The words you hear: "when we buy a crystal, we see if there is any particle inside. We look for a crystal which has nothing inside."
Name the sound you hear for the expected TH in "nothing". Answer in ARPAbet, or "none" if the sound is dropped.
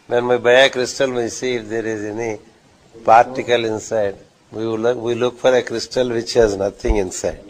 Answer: T